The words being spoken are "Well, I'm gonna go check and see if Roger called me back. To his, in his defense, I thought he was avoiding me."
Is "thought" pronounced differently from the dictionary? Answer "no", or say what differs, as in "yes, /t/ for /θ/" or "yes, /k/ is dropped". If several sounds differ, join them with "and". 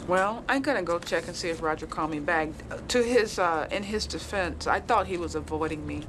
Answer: no